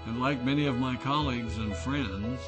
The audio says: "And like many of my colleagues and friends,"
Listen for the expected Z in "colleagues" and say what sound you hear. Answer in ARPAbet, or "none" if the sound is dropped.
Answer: Z